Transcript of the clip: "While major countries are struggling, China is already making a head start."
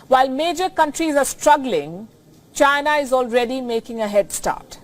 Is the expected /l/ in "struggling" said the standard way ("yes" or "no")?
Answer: yes